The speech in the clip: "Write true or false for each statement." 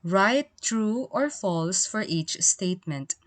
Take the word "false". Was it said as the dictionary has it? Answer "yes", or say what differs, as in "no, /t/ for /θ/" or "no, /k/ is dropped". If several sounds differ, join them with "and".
yes